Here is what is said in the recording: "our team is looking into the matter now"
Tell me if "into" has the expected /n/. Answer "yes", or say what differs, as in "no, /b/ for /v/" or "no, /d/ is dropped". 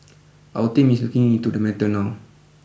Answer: no, /n/ is dropped